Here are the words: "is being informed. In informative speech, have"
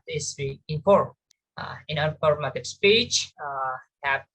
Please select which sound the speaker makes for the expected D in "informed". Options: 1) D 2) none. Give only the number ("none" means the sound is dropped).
2